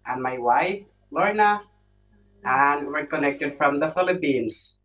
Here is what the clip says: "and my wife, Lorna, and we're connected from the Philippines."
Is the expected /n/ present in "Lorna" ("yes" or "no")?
yes